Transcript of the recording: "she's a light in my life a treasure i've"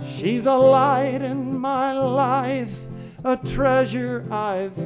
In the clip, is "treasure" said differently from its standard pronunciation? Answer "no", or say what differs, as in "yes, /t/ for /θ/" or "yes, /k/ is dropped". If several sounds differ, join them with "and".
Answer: no